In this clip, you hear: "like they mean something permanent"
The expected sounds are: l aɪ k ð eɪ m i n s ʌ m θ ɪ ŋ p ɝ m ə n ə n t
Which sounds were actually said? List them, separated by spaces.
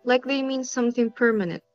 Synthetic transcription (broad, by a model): l aɪ k ð eɪ m i n s ʌ m θ ɪ ŋ p ɝ m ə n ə n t